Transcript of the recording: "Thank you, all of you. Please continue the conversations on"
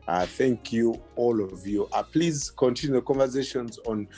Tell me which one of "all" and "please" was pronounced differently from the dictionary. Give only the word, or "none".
none